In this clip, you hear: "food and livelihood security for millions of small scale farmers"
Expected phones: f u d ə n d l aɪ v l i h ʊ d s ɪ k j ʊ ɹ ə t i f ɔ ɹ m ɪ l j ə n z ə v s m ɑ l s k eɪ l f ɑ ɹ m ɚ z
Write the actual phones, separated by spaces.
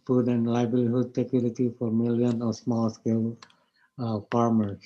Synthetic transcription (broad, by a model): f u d ə n d l aɪ b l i h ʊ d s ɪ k j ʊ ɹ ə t i f ɔ ɹ m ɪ l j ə n ə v s m ɑ l s k eɪ l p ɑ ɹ m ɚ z